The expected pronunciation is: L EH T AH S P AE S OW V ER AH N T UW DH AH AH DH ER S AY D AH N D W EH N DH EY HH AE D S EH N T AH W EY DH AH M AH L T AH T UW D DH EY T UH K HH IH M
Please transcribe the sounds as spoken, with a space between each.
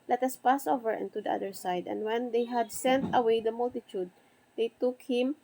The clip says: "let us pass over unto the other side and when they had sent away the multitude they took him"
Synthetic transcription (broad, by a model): L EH T AH S P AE S OW V ER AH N T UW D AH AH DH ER S AY D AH N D W EH N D EY HH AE D S EH N T AH W EY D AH M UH L T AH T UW D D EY T UH K HH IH M